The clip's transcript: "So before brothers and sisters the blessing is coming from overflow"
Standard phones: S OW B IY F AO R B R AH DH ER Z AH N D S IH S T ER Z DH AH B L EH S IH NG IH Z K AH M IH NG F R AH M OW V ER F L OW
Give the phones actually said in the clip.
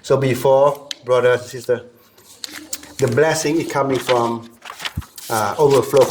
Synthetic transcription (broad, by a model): S OW B IY F AO B R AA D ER AH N S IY S T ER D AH B L EH S IH NG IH S K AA M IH NG F R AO M OW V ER F L OW